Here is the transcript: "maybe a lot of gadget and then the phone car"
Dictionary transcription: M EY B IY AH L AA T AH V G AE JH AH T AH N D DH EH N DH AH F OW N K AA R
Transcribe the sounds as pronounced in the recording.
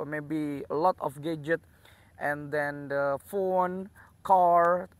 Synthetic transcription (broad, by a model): M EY B IY AH L AA T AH F G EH JH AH T AH N D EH N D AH F OW N K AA R